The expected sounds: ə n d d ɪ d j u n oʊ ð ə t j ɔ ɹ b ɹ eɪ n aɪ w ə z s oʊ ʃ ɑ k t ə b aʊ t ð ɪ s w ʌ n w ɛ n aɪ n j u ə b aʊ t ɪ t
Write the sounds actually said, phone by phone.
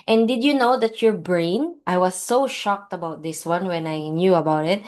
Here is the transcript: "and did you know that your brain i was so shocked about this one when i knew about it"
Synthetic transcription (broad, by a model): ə n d d ɪ d j u n oʊ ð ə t j ɔ ɹ b ɹ eɪ n aɪ w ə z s oʊ ʃ ɑ k t ə b aʊ t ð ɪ s w ʌ n w ɛ n aɪ n j u ə b aʊ t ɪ t